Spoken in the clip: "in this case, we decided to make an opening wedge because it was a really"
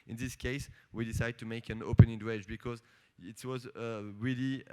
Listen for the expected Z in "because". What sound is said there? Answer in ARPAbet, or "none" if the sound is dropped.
Z